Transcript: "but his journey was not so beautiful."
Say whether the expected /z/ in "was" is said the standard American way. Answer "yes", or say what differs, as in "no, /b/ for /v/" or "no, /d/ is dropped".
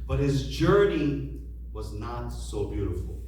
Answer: yes